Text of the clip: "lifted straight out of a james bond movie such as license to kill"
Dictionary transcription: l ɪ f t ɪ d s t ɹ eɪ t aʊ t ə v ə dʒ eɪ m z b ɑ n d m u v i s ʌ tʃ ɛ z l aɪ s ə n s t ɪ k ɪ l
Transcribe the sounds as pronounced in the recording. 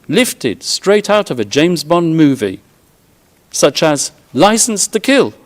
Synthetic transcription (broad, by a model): l ɪ f t ɪ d s t ɹ eɪ t aʊ t ə v ə dʒ eɪ m z b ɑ n m u v i s ʌ tʃ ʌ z l aɪ s n s t ɪ k ɪ l